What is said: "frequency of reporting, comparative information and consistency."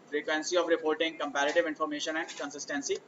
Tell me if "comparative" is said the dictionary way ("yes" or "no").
yes